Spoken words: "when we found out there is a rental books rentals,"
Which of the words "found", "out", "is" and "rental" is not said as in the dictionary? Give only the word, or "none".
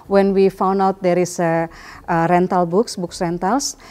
is